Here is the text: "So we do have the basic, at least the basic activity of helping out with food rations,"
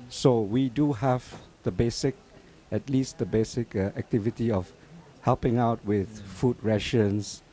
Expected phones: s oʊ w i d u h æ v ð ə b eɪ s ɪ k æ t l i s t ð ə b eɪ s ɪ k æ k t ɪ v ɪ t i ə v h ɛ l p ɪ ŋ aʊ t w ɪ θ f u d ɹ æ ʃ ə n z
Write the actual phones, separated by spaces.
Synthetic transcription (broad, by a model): s oʊ w i d u h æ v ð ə b eɪ s ɪ k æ t l i s t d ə b eɪ s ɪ k æ k t ɪ v ɪ t i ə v h ɛ l p ɪ ŋ aʊ t w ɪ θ f u d ɹ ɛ ʃ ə n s